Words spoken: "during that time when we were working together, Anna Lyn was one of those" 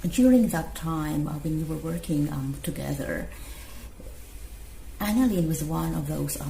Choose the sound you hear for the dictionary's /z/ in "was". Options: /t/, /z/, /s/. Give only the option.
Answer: /z/